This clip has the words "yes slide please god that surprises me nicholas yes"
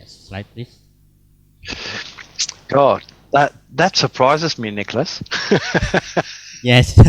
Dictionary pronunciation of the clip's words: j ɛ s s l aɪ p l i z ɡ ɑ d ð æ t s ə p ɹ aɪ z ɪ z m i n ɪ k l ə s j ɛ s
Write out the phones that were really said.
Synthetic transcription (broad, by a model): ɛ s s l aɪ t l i ɡ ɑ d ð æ t s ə p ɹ aɪ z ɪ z m i n ɪ k l ə s j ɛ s